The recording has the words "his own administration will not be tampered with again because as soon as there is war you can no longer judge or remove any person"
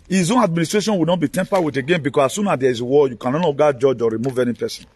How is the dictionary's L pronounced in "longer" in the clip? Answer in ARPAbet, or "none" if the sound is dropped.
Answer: N